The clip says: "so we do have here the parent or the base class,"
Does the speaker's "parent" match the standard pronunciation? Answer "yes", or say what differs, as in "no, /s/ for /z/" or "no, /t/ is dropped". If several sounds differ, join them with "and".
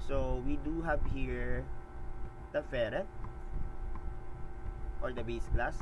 no, /f/ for /p/ and /n/ is dropped